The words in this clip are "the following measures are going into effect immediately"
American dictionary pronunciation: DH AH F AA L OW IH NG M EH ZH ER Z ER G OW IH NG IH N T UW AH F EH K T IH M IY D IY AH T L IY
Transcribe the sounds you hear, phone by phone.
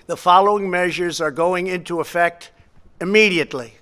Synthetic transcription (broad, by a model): DH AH F AA L OW IH NG M EH ZH ER Z ER G OW IH NG IH N T UW AH F EH K T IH M IY D IY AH T L IY